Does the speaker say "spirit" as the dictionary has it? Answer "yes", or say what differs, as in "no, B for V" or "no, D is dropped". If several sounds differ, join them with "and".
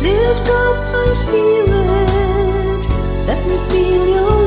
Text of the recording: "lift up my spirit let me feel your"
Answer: no, L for R